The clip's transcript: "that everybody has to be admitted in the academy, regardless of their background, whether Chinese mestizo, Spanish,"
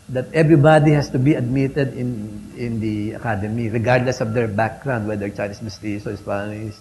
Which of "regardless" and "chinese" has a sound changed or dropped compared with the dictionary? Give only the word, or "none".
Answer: chinese